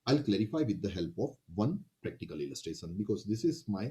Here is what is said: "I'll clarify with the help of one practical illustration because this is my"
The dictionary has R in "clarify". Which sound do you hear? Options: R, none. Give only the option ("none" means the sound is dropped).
R